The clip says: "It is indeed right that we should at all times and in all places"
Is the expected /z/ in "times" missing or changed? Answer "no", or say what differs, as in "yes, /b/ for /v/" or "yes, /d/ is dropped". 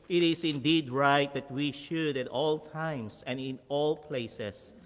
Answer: yes, /s/ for /z/